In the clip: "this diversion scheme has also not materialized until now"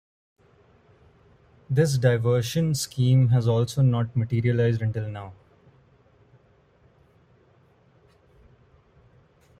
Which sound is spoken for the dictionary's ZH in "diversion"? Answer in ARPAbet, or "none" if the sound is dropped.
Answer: SH